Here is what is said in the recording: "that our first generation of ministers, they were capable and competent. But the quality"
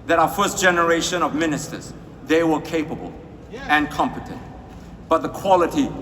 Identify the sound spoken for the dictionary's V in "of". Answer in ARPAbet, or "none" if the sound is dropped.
V